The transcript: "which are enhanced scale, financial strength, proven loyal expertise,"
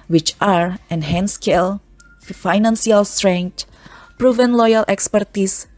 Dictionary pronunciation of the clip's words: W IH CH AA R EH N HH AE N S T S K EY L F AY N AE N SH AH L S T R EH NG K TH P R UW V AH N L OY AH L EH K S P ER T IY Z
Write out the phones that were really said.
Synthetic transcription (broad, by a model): W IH CH AA R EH N HH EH N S S K EY L F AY N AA N S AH L S T R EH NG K T P R UW V AH N L OY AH L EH K S P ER T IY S